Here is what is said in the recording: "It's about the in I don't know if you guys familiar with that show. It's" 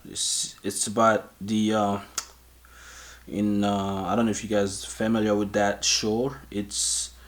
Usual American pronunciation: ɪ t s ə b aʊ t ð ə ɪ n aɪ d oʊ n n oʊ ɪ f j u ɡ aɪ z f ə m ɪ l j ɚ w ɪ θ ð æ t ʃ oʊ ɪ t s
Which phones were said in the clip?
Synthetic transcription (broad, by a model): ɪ t s ə b aʊ t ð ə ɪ n aɪ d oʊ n n oʊ ɪ f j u ɡ aɪ z f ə m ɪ l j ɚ w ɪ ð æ t ʃ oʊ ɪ t s